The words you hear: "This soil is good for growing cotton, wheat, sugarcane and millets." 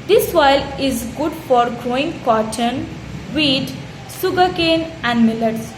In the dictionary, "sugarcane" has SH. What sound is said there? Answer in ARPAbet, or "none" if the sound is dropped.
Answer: S